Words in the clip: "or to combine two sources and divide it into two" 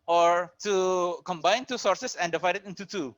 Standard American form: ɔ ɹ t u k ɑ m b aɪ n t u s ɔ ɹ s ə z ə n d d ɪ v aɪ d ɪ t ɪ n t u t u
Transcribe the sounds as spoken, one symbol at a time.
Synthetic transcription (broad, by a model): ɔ ɹ t u k ɑ m b aɪ n t u s ɔ ɹ s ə s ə n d d ɪ v aɪ d ɪ t ɪ n t u t u